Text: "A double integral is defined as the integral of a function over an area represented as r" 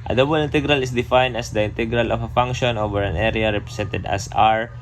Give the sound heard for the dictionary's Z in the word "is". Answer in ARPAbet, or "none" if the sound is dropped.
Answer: S